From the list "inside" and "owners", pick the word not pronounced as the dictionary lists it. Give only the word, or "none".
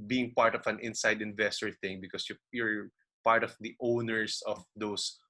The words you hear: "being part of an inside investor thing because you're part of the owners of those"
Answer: owners